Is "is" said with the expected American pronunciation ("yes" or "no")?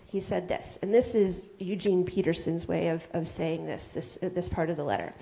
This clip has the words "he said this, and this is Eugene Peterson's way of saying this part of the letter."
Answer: yes